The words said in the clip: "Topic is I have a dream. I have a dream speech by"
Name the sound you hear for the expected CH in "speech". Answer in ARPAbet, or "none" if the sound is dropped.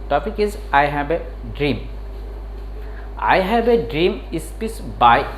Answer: S